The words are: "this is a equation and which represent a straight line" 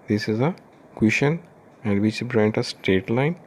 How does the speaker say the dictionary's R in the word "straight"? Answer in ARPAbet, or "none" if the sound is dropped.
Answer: none